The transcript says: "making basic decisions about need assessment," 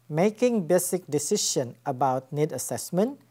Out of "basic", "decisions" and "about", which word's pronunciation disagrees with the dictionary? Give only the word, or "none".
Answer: decisions